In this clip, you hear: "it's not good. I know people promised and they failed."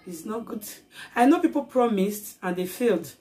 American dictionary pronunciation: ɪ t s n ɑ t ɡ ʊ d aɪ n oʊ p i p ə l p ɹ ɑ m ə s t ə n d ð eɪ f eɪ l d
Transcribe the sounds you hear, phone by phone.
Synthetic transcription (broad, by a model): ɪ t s n ɑ t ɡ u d aɪ n oʊ p i p ə l p ɹ ɑ m ə s t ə n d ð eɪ f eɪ l d